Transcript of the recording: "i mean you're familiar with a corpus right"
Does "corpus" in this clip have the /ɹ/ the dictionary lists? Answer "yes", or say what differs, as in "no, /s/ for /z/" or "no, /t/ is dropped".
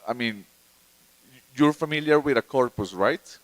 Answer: yes